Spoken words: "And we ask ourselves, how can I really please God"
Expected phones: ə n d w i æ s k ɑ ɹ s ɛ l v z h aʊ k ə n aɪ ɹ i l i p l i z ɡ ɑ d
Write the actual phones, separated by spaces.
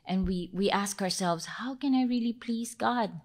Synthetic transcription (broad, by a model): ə n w w i æ s k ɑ ɹ s ɛ l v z h aʊ k ə n aɪ ɹ i l i p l i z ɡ ɑ d